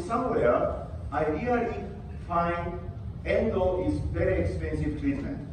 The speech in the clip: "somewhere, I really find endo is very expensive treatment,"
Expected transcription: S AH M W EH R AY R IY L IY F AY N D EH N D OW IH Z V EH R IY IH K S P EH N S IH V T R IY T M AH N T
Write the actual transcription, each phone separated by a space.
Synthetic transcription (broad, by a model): S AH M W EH R AY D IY IY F AY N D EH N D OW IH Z V EH R IY IH K S P EH N S IH V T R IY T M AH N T